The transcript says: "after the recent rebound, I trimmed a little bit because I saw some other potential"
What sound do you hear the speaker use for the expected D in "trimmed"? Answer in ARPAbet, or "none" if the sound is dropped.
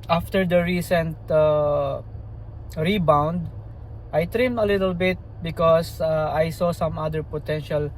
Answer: none